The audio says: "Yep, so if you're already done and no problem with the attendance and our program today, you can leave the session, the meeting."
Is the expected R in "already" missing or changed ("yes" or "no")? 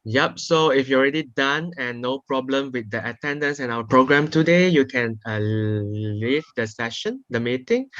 no